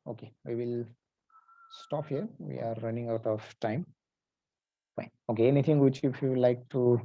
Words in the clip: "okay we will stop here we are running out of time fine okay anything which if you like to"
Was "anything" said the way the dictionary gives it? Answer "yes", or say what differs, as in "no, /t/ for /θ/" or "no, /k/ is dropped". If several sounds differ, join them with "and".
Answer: no, /t/ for /θ/